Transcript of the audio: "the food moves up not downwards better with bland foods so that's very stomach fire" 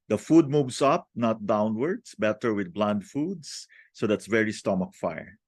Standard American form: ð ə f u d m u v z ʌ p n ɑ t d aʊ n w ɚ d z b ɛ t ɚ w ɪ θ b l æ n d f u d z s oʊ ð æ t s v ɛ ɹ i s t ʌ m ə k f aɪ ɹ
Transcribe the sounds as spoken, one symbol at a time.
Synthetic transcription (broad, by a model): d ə f u d m u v s ʌ p n ɑ t d aʊ n w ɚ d s b ɛ t ɚ w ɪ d b l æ n d f u d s s oʊ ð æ t s v ɛ ɹ i s t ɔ m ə k f aɪ ɹ